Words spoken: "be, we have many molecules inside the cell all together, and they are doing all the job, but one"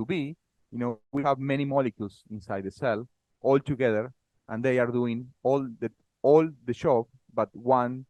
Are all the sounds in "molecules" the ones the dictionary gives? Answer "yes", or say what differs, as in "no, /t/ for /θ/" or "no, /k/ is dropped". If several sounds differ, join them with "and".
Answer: no, /s/ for /z/